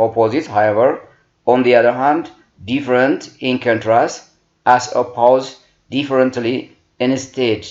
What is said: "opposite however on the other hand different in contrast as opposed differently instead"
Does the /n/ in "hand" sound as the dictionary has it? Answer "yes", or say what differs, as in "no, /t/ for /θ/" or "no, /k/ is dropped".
yes